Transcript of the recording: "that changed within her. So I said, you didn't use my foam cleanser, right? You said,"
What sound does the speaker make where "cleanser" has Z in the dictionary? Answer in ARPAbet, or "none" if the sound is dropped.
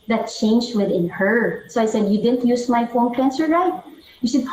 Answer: S